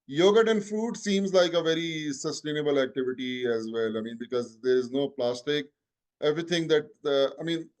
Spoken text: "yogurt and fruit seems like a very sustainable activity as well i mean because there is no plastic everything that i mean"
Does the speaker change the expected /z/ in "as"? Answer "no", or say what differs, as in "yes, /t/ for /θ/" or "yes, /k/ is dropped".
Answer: no